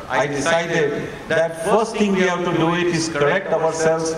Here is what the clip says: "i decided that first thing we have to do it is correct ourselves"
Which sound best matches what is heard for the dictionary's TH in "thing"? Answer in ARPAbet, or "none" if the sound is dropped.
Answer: T